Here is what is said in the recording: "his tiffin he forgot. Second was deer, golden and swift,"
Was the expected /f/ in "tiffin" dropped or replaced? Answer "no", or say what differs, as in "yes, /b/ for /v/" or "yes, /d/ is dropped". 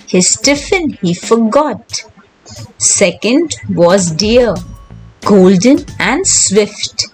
no